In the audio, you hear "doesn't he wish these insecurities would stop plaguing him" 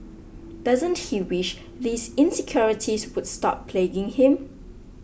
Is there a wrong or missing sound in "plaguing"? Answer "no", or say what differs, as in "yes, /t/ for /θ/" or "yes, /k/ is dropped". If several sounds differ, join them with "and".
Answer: no